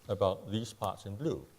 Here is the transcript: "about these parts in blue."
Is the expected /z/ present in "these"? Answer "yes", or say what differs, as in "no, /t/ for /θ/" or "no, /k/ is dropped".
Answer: no, /s/ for /z/